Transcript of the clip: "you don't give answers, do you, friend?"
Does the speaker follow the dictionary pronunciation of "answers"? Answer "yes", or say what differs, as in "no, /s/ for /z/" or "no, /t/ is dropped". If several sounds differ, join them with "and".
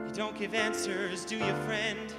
yes